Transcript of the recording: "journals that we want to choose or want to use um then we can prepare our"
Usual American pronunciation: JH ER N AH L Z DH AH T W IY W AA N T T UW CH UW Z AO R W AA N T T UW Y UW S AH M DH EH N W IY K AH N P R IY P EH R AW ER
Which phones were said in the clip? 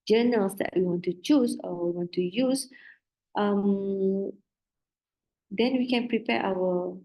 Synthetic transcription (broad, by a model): JH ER N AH L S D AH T W IY W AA N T T UW CH UW S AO W W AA N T T UW Y UW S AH M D EH N W IY K AH N P R IY P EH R AW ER